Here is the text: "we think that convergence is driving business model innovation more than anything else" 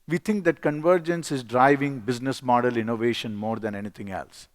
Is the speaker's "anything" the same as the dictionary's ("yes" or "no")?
no